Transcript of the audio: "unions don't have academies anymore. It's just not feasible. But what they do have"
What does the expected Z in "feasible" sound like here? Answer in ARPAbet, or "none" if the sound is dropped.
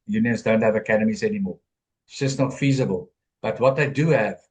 Z